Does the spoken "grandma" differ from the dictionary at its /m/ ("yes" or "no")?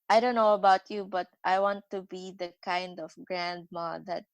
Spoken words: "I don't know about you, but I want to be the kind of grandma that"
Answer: no